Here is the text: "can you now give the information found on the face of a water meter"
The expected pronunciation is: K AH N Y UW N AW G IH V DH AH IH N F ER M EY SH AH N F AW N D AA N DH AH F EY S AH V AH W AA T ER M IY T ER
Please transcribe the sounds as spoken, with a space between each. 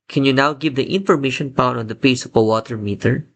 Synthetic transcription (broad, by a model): K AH N Y UW N AW G IH V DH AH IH N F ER M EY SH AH N P AW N AA N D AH P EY S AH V AH W AA T ER M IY T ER